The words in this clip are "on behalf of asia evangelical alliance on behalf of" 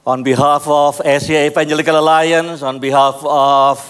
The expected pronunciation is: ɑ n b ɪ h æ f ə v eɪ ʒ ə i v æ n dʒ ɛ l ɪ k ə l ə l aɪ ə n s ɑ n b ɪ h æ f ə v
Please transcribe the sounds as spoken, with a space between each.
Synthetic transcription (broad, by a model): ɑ n b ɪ h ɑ f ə f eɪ s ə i p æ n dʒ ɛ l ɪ k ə l ə l aɪ ə n s ɑ n b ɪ h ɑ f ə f